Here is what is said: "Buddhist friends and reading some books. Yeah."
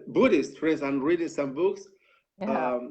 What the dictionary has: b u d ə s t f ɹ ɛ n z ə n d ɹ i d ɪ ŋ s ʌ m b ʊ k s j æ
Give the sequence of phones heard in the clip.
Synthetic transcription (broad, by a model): b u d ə s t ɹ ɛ z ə n ɹ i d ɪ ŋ s ʌ m b ʊ k s